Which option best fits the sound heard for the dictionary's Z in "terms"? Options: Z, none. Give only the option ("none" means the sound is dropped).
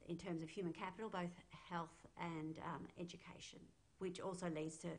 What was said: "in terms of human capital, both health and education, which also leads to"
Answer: Z